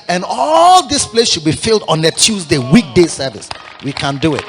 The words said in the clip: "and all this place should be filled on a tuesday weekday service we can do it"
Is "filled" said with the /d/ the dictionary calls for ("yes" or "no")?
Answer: yes